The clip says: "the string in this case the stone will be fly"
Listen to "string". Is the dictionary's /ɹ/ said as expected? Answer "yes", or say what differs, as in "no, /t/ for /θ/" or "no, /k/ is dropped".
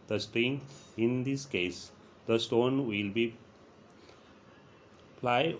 yes